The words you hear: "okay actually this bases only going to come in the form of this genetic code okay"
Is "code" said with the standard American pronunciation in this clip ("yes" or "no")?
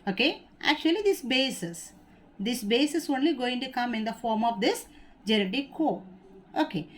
no